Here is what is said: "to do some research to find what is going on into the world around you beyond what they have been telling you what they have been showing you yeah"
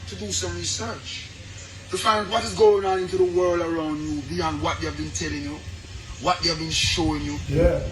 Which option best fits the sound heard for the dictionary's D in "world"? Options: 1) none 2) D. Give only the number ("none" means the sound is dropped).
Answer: 2